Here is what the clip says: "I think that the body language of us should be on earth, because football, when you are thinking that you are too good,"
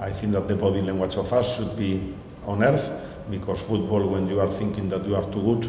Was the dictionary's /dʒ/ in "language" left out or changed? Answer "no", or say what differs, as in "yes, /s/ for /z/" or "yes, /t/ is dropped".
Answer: yes, /tʃ/ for /dʒ/